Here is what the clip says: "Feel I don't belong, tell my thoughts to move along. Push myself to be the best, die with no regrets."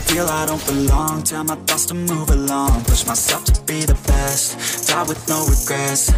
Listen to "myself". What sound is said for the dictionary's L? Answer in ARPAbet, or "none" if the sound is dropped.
none